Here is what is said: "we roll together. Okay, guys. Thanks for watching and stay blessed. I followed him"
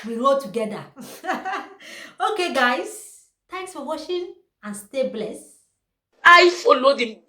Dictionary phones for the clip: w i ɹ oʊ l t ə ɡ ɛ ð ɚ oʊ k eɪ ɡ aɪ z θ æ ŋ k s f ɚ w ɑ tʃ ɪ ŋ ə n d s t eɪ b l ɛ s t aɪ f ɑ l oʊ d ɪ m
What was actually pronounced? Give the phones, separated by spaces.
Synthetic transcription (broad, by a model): w i ɹ oʊ l t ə ɡ ɛ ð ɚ oʊ k eɪ ɡ aɪ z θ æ ŋ k s f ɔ w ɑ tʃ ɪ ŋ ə n s t eɪ b l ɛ s aɪ f ɑ l oʊ d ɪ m